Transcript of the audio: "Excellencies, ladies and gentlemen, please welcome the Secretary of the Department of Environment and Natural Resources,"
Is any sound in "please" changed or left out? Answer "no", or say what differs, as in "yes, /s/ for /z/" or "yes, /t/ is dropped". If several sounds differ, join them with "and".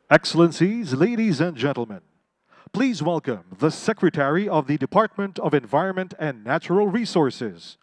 no